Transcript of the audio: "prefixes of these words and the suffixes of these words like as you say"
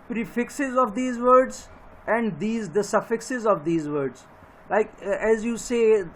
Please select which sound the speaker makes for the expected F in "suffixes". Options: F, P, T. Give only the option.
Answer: F